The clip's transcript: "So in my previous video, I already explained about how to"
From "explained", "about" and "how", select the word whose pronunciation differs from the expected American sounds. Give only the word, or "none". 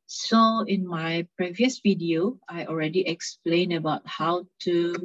explained